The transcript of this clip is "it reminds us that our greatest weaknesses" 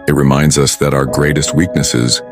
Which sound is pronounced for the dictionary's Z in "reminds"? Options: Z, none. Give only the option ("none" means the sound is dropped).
Z